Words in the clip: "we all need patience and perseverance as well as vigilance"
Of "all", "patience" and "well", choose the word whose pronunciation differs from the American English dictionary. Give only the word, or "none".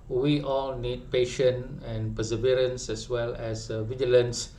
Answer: patience